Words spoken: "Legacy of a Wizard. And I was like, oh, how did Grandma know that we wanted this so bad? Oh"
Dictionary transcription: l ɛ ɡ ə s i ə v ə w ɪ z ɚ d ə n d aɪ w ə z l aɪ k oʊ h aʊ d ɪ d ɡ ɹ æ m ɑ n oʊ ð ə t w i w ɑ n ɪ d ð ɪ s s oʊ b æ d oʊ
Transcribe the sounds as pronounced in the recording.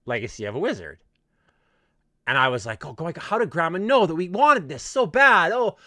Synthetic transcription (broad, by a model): l ɛ ɡ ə s i ə v ə w ɪ z ɚ d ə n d aɪ w ə z l aɪ k oʊ h aʊ d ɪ ɡ ɹ æ m ɑ n oʊ ð ə t w i w ɑ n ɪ d ð ɪ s s oʊ b æ d oʊ